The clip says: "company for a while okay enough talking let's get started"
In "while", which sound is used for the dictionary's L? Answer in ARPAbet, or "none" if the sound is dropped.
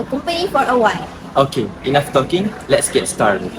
N